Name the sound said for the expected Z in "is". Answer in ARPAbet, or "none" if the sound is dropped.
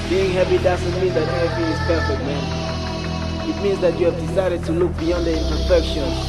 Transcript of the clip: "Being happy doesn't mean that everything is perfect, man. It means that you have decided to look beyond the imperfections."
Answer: S